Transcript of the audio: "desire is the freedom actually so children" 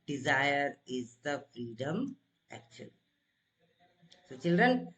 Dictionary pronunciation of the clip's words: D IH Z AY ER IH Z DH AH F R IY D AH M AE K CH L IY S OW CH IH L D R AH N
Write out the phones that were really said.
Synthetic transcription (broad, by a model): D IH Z AY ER IH Z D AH F R IY D AH M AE K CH IY S OW CH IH L D R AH N